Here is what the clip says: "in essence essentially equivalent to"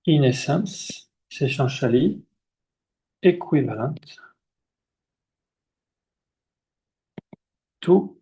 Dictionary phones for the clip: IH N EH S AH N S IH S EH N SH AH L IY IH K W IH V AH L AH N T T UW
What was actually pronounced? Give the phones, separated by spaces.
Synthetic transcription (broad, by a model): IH N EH S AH S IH SH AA SH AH L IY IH K W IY V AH L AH T T UW